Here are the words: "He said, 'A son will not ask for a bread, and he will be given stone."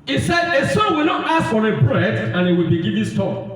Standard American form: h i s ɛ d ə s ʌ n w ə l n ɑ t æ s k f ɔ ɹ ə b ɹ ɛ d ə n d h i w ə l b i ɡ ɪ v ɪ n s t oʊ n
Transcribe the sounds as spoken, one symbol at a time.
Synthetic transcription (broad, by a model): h i s ɛ d ə s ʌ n w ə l n ɑ t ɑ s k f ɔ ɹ ə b ɹ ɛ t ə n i w ə l b i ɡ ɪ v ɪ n s t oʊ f